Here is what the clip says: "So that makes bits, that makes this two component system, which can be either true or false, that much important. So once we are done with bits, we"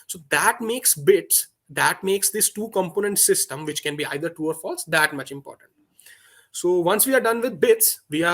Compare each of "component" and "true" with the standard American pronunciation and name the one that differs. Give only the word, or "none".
true